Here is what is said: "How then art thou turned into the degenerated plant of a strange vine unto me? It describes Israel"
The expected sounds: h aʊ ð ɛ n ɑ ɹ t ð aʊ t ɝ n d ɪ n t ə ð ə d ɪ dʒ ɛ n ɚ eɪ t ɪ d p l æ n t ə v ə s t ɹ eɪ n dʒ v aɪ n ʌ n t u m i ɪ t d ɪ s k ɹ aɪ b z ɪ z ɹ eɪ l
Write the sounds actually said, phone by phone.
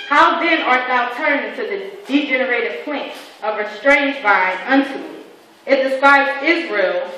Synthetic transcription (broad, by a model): h aʊ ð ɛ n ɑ ɹ t ð aʊ t ɝ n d ɪ n t ə ð ə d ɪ dʒ ɛ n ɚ eɪ t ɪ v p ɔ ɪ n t ə v ə s t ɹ eɪ n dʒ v aɪ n ʌ n t u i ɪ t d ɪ s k aɪ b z ɪ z ɹ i l